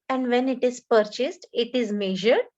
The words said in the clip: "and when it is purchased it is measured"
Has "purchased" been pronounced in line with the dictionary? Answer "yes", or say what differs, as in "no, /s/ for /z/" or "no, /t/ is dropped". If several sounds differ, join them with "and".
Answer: yes